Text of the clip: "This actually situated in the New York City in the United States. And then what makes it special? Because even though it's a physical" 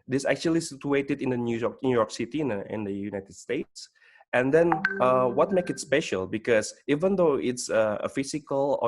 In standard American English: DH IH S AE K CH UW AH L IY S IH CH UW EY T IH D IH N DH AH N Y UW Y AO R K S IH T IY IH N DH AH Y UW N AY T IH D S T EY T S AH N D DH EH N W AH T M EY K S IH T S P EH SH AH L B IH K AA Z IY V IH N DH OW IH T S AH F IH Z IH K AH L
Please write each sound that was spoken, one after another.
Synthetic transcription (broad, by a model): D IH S AE K CH UW AH L IY S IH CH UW EY T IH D IH N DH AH N Y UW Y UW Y K S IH T IY IH N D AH Y UW N AY T IH D S T EY T S AH N D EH N W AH T M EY K IH T S P EH SH AH L B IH K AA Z IY V IH N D OW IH T S AH F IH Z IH K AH L